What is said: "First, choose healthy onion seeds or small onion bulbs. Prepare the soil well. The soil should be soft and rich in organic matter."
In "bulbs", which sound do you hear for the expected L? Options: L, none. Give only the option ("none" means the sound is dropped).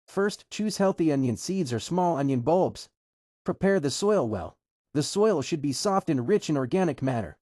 L